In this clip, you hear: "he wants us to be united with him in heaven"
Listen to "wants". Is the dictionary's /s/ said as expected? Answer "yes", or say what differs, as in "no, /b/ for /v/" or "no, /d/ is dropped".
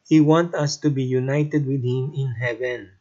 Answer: no, /s/ is dropped